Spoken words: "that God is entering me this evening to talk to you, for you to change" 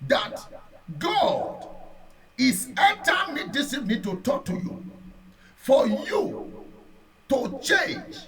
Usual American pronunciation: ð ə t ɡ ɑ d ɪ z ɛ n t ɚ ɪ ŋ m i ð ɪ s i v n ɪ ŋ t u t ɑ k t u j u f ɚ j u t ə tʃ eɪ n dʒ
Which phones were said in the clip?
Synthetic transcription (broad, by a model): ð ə t ɡ ɑ d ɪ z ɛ t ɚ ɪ m i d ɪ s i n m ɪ t u t ɑ k t u j u f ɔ j u t ə tʃ eɪ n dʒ